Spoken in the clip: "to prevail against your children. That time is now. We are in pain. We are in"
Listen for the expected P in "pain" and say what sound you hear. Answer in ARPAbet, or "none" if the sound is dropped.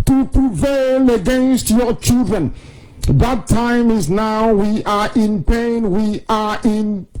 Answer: P